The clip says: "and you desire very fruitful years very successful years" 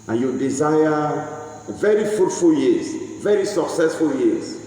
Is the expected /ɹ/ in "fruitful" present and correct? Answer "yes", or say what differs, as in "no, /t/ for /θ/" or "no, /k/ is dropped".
no, /ɹ/ is dropped